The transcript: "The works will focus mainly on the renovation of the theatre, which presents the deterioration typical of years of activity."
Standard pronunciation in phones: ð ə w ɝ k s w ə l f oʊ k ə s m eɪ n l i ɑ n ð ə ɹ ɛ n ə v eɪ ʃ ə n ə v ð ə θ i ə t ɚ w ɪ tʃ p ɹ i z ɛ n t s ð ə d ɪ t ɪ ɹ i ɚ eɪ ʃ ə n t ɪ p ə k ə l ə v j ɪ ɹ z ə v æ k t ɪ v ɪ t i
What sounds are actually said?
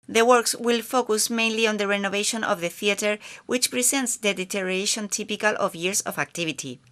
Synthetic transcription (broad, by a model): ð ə w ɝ k s w ə l f oʊ k ə s m eɪ n l i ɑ n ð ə ɹ ɛ n ə v eɪ ʃ ə n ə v ð ə θ i ə t ɚ w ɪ tʃ p ɹ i s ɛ n t s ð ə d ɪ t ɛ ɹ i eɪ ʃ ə n t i p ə k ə l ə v j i ɹ s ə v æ k t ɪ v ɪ t i